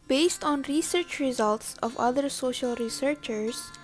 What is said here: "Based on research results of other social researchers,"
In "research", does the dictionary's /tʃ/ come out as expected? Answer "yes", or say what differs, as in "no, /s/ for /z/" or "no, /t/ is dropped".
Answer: yes